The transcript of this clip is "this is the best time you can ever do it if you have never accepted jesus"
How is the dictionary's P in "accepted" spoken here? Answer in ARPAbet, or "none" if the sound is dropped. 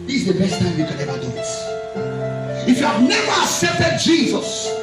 P